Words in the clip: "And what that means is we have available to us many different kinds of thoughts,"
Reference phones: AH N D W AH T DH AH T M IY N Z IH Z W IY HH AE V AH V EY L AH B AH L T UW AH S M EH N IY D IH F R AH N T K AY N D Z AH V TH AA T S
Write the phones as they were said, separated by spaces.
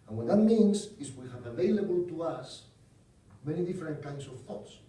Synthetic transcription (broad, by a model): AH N W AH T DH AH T M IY N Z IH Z W IY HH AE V AH V EY L AH B AH L T UW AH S M EH N IY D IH F R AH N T K AY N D S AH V TH AA T S